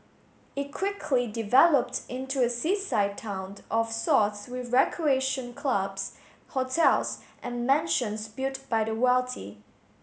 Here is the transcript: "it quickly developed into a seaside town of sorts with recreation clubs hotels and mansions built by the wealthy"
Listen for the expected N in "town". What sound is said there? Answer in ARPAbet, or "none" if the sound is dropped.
N